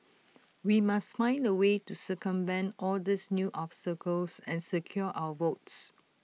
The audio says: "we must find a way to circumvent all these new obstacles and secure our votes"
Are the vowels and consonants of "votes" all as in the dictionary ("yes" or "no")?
yes